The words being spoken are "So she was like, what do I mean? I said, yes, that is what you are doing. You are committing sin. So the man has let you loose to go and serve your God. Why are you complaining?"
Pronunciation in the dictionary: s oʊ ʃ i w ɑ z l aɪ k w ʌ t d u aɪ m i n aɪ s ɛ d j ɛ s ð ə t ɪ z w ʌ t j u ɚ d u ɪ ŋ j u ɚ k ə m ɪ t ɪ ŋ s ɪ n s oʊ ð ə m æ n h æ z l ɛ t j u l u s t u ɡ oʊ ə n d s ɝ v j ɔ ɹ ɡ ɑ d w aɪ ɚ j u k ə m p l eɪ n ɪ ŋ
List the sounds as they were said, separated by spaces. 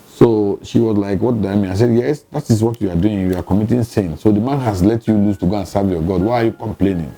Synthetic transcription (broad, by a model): s oʊ ʃ i w ɑ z l aɪ k w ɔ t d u aɪ m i aɪ s ɛ d j ɛ s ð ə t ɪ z w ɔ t j u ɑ d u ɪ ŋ j u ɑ k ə m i t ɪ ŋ s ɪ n s oʊ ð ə m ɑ n h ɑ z l ɛ t j u l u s t u ɡ oʊ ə n s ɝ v j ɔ ɡ ɑ d w aɪ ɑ j u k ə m p l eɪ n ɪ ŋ